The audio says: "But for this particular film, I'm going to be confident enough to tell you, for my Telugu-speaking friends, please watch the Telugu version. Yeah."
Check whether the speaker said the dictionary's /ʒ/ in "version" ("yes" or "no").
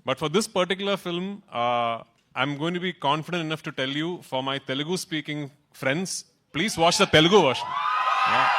no